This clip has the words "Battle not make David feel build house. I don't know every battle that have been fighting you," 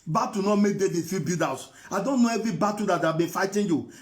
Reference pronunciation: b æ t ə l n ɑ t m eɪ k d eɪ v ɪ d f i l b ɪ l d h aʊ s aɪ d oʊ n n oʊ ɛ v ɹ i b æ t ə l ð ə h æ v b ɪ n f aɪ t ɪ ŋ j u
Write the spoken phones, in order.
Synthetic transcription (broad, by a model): b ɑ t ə n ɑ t m eɪ k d eɪ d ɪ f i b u d aʊ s aɪ d oʊ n n oʊ ɛ v ɹ i b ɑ t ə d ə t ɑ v b ɪ n f aɪ t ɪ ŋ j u